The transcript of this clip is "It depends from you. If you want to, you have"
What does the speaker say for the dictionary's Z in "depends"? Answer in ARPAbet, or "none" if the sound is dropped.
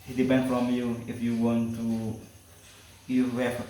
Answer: none